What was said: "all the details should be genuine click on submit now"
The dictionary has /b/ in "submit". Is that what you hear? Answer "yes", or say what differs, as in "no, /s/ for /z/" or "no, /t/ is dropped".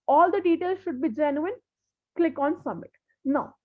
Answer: no, /b/ is dropped